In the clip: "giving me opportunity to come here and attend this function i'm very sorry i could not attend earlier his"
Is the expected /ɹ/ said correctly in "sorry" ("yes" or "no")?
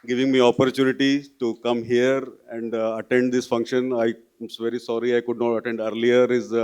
yes